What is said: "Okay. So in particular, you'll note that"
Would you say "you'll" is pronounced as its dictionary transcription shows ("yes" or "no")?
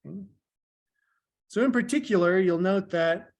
yes